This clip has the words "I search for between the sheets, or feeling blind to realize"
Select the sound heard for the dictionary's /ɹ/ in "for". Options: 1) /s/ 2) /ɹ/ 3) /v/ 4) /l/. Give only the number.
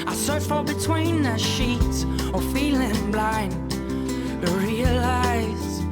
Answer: 4